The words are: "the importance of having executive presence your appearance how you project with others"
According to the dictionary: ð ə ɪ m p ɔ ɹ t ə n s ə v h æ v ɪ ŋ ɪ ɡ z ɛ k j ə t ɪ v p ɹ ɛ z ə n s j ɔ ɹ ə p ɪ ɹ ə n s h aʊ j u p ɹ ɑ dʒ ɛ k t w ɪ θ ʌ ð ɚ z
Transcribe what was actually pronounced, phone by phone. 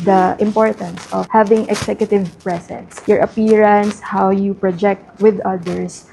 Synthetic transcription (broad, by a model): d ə ɪ m p ɔ ɹ t ə n s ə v h æ v ɪ ŋ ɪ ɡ s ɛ k j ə t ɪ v p ɹ ɛ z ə n s j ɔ ɹ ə p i ɹ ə n s h aʊ j u p ɹ ɑ dʒ ɛ k t w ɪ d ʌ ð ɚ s